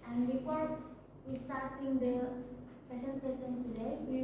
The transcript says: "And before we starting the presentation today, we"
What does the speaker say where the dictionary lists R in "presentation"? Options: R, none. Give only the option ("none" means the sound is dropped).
none